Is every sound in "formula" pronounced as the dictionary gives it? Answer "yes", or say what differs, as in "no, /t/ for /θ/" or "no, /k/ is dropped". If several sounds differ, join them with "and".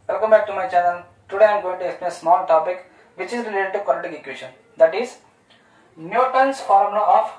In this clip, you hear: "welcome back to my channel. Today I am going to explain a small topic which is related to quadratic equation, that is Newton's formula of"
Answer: no, /l/ is dropped